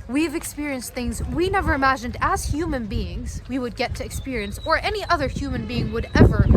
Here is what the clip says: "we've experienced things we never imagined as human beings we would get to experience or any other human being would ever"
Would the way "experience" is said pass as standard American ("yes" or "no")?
yes